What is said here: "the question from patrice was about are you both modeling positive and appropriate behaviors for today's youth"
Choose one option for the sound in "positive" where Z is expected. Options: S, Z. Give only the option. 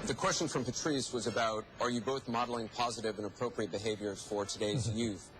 Z